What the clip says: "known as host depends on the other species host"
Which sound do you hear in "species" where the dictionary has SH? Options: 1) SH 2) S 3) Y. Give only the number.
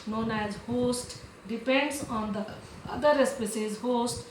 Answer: 2